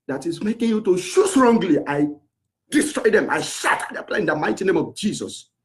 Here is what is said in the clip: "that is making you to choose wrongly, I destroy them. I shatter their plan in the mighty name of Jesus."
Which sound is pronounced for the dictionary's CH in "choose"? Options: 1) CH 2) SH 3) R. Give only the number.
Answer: 2